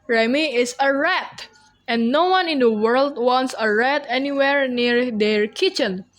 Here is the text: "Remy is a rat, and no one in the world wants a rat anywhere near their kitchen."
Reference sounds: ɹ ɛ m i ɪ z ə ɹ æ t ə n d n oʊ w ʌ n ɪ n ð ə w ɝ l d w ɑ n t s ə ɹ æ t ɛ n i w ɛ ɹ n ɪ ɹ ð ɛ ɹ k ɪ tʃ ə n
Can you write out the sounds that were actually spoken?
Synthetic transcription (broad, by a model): ɹ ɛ m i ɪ s ə ɹ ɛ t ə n n oʊ w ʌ n ɪ n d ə w ɝ l d w ɑ n t s ə ɹ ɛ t ɛ n i w ɛ ɹ n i ɹ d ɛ ɹ k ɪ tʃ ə n